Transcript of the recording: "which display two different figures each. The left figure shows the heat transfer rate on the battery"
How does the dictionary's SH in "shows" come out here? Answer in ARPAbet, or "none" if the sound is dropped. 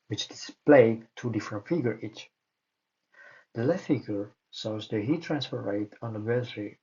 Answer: S